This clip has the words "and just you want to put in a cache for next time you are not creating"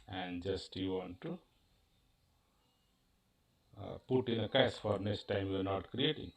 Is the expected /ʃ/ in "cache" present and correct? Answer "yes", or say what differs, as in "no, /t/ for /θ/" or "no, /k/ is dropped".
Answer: no, /s/ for /ʃ/